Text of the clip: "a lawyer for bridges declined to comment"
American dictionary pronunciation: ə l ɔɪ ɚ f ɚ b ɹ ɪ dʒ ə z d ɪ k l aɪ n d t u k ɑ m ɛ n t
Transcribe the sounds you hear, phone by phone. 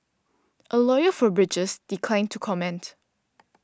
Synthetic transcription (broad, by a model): ə l ɔɪ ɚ f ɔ b ɹ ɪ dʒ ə s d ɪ k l aɪ n t u k ɑ m ɛ n t